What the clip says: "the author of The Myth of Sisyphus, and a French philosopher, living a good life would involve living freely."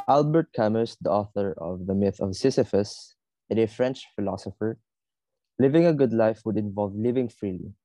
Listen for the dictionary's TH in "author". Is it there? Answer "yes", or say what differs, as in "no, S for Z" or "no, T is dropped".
yes